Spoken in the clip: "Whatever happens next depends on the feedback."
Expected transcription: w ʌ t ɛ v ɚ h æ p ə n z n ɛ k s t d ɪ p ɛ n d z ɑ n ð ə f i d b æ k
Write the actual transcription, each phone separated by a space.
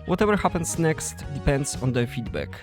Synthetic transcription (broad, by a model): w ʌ t ɛ v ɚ h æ p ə n s n ɛ k s t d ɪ p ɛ n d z ɑ n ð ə f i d b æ k